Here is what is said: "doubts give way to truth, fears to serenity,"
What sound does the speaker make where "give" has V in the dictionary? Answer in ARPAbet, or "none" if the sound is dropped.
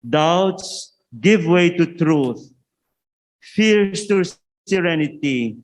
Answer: V